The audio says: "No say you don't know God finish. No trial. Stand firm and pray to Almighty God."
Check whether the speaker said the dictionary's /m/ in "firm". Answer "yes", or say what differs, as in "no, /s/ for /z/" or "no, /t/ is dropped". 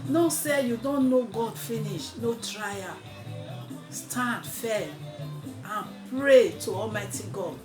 no, /m/ is dropped